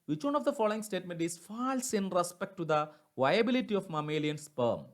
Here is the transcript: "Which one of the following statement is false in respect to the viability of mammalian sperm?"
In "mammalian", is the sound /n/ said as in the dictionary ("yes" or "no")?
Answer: yes